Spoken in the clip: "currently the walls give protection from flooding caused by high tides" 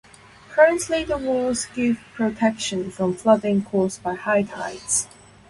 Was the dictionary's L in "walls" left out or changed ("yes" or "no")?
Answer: yes